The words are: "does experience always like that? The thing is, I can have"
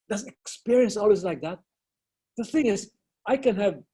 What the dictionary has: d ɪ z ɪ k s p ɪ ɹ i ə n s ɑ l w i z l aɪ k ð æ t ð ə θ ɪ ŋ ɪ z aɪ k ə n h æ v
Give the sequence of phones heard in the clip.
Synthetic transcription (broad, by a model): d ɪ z ɪ k s p ɪ ɹ i ə n s ɑ l w i z l aɪ k ð æ t ð ə θ ɪ ŋ ɪ z aɪ k ə n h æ v